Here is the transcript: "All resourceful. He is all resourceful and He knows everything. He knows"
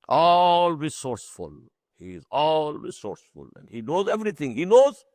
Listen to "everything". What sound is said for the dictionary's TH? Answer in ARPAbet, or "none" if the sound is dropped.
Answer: T